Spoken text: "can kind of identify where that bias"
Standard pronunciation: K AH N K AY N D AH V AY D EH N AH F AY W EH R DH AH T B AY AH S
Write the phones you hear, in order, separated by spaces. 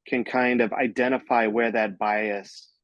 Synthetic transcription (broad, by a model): K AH N K AY N D AH V AY D EH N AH F AY W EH R DH AH T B AY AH S